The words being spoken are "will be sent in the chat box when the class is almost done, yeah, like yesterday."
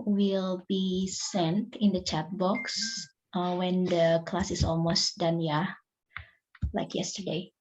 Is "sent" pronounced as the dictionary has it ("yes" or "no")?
yes